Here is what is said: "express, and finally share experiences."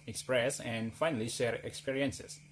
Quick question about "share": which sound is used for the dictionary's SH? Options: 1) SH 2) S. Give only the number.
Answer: 1